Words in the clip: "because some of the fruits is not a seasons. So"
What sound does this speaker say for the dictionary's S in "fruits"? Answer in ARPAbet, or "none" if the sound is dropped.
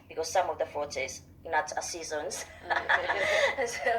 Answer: none